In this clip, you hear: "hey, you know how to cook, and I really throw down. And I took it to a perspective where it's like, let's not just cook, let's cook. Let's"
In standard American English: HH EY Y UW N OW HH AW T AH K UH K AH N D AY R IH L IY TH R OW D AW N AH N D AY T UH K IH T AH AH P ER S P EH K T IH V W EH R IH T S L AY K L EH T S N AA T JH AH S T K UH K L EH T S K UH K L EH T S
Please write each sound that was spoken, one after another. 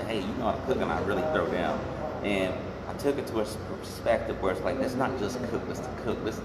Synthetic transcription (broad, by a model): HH EY Y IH N OW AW T AH K UH K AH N AY R IH L IY TH R OW D AW N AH N AY T UH K IH T AH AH P ER S P EH K T IH V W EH R IH T S L AY K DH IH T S N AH T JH AH S K UH K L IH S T K UH K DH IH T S